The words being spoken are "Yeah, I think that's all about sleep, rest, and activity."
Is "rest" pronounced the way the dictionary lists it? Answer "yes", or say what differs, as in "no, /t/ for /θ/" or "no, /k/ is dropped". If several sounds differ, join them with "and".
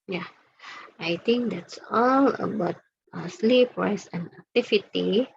no, /t/ is dropped